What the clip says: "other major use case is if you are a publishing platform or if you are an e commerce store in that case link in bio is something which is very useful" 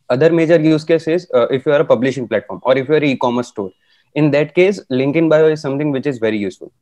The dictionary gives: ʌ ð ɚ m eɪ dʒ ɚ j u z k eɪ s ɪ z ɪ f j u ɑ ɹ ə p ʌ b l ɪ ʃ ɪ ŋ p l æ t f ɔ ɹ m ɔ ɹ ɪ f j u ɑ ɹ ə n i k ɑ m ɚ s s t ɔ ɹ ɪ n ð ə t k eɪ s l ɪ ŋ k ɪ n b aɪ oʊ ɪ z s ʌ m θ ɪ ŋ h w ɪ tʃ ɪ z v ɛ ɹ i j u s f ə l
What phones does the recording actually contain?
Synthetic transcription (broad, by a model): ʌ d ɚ m eɪ dʒ ɚ j u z k eɪ s ɪ z ɪ f j u ɑ ɹ ə p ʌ b l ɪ ʃ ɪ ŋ p l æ t f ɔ ɹ m ɔ ɹ ɪ f j u ɑ ɹ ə i k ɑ m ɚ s s t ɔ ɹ ɪ n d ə t k eɪ s l ɪ ŋ k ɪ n b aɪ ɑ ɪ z s ʌ m t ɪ ŋ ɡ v ɪ tʃ ɪ z v ɛ ɹ i j u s f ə l